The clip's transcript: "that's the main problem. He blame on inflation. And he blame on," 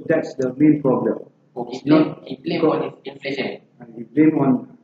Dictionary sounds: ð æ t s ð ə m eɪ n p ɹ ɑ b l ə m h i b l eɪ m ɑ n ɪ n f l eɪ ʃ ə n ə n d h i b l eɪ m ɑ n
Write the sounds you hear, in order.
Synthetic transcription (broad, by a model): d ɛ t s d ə m eɪ n p ɹ ɑ b l ə m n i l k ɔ ɑ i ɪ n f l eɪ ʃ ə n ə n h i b l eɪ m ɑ n